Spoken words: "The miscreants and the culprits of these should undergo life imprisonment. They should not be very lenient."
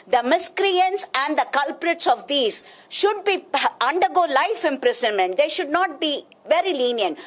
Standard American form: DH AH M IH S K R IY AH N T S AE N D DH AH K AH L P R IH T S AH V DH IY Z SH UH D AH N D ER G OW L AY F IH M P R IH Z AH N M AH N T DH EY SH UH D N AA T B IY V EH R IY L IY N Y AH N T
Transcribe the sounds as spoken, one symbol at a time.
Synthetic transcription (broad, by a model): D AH M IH S K R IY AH N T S AE N D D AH K AH L P R IH T S AH V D IY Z SH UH D AH N D ER G OW L AY F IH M P R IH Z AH N M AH N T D EY SH UH D N AA T B IY V EH R IY L IY N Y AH N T